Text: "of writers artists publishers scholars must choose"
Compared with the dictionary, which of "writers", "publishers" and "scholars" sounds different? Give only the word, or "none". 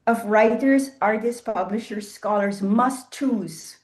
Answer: none